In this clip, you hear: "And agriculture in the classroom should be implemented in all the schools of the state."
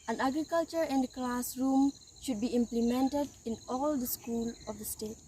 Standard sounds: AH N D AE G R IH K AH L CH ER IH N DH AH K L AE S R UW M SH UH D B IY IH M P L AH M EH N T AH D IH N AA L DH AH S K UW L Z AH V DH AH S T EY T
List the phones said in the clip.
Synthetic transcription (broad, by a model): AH N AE G R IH K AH L CH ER IH N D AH K L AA S R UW M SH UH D B IY IH M P L AH M EH N T AH D IH N AA L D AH S K UW L AH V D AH S T EY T